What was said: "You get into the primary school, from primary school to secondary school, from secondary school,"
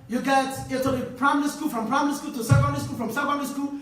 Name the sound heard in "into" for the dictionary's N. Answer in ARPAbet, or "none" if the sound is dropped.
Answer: none